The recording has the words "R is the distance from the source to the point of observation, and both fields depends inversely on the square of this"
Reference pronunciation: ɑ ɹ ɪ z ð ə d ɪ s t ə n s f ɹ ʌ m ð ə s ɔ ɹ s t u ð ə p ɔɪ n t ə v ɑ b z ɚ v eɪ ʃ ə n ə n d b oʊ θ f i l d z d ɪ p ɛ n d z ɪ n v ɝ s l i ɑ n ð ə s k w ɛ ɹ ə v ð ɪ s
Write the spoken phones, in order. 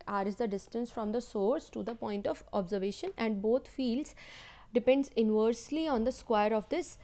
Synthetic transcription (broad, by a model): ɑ ɹ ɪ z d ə d ɪ s t ə n s f ɹ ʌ m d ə s ɔ ɹ s t u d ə p ɔɪ n t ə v ɑ b z ɚ v eɪ ʃ ə n ə n d b oʊ t f i l d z d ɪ p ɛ n d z ɪ n v ɝ s l i ɑ n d ə s k w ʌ ɹ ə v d ɪ s